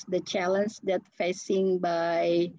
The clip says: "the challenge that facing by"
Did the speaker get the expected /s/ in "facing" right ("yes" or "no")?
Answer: yes